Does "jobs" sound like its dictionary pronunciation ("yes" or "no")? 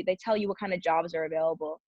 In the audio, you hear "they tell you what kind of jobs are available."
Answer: yes